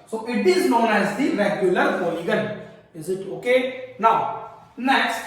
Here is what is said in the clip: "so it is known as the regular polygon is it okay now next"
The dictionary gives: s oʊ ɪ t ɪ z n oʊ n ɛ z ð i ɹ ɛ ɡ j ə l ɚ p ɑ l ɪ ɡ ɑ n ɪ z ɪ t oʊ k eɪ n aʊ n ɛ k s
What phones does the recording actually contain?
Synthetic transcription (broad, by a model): s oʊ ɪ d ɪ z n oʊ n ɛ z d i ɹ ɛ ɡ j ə l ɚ f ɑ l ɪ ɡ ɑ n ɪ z ɪ t oʊ k eɪ n aʊ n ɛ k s